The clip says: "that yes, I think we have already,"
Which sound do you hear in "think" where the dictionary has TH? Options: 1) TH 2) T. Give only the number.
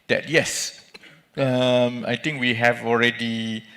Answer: 2